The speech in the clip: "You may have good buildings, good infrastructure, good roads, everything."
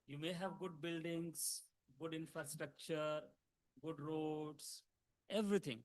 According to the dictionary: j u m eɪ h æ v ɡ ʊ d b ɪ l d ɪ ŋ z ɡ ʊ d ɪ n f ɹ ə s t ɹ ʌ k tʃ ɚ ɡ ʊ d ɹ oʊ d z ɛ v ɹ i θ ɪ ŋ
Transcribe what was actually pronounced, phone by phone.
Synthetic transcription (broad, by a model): j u m eɪ h æ v ɡ ʊ d b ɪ l d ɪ ŋ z ɡ ʊ d ɪ n f ɹ ə s t ɹ ʌ k tʃ ɚ ɡ ʊ d ɹ oʊ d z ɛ v ɹ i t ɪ ŋ